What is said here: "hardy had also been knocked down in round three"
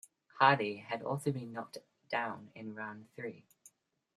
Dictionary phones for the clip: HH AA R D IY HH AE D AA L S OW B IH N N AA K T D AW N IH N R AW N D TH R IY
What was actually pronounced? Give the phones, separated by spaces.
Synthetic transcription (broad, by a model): HH AA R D IY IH D AA L S OW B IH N N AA K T D AW N IH N R AW N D TH R IY